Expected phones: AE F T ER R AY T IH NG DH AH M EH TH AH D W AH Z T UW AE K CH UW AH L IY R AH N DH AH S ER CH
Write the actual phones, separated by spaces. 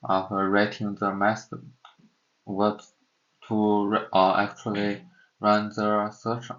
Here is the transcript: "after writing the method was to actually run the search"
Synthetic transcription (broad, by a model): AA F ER R AY T IH NG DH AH M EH S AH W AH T T UW AE K CH UW AH L IY R AH N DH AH S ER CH